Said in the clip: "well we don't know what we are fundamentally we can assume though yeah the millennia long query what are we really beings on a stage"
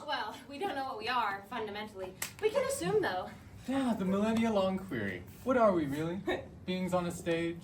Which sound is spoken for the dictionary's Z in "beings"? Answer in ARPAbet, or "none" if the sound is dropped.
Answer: Z